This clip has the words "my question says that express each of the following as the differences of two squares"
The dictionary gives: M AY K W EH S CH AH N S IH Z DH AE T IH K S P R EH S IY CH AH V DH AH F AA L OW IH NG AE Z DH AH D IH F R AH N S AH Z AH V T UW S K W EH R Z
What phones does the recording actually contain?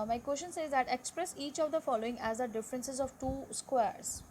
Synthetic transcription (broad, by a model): M AY K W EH S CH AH N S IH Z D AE T IH K S P R EH S IY CH AH V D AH F AA L OW IH NG AE Z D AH D IH F R AH N S AH Z AH V T UW S K W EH R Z